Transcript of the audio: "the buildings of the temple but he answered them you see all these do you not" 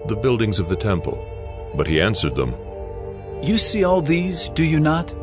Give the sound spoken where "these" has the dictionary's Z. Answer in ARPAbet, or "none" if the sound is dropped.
Z